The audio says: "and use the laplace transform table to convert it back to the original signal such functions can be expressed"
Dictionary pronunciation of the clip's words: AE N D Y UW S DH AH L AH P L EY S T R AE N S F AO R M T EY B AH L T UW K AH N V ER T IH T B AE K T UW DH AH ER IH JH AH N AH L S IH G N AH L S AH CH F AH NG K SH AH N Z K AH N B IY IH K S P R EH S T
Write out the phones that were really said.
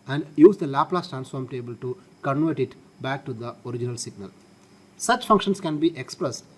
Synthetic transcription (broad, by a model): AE N D Y UW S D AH L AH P L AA S T R AE N S F AO R M T EY B AH L T UW K AH N V ER T IH T B AE K T UW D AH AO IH JH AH N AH L S IH G N AH L S AH CH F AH NG K SH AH N S K AH N B IY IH K S P R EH S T